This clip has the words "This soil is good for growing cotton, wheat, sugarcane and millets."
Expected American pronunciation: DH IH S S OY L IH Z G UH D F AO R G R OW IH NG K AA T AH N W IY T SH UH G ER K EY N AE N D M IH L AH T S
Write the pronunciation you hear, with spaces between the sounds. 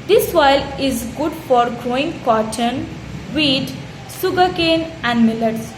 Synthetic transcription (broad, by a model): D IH S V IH L IH Z G UH D F AO R G R OW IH NG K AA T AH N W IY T S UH G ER K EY N AE N D M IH L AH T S